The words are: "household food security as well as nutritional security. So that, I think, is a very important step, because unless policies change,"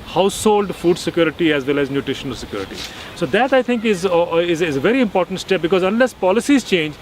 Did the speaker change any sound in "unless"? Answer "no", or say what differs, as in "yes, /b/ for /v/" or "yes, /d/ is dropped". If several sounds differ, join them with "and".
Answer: no